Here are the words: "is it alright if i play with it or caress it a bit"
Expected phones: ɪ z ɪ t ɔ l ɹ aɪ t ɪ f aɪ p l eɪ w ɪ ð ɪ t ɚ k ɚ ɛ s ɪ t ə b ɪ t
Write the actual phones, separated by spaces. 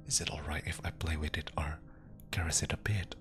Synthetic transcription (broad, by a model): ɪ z ɪ t ɔ l ɹ aɪ t ɪ f aɪ p l eɪ w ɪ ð ɪ t ɚ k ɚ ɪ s ɪ t ə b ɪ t